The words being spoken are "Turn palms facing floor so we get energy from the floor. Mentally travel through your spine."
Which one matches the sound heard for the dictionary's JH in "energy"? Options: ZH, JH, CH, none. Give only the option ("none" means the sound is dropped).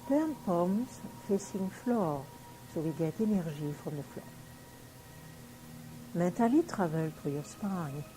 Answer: ZH